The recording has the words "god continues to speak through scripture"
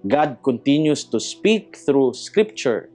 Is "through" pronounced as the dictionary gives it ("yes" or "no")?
yes